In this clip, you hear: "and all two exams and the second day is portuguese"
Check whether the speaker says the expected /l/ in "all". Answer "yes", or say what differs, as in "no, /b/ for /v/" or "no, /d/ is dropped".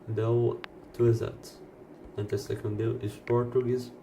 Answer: no, /w/ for /l/